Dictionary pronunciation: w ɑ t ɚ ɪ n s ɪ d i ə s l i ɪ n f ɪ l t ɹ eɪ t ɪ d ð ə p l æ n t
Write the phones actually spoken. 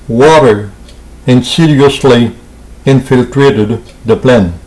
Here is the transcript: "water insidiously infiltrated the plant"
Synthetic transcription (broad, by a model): w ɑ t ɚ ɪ n s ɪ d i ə s l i ɪ n f ɪ l t ɹ eɪ t ɪ d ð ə p l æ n